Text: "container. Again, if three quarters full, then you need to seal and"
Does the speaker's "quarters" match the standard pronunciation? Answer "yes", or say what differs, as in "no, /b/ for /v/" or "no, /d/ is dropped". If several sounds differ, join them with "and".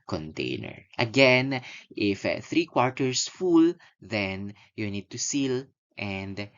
no, /s/ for /z/